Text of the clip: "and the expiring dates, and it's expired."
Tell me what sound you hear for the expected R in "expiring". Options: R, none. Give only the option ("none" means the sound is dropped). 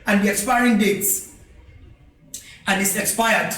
R